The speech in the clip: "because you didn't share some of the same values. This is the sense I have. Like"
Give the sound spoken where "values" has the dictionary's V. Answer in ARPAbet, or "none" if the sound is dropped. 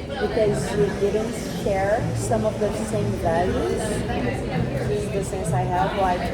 V